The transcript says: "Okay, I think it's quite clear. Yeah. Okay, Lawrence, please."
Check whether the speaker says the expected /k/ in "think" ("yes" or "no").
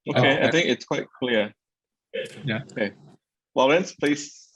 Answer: yes